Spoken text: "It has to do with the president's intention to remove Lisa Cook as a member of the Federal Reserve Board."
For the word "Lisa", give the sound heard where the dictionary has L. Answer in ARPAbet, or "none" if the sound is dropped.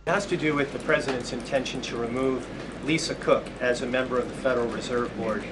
L